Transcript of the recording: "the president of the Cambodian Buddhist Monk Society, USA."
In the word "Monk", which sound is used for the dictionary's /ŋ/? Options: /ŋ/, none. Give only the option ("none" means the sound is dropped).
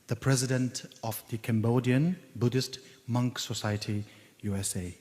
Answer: /ŋ/